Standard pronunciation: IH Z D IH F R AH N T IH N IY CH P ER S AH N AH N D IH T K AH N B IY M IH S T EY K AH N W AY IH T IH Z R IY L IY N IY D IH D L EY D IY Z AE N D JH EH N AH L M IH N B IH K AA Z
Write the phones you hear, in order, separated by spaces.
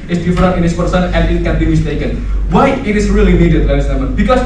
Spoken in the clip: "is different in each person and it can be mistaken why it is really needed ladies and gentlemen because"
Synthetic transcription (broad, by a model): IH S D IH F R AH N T IH N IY S P ER S AH N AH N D IH T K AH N B IY M IH S T EY K AH N W AY IH T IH S R IY L IY N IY D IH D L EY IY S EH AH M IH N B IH K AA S